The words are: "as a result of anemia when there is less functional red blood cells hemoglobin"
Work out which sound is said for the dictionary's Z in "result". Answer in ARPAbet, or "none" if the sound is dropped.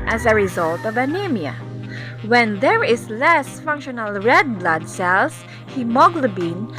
Z